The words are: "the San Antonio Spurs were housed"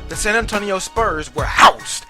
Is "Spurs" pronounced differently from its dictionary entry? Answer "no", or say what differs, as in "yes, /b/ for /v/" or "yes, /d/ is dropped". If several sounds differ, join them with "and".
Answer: no